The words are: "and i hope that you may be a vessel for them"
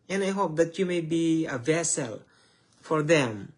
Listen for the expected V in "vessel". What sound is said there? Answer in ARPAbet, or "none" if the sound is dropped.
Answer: V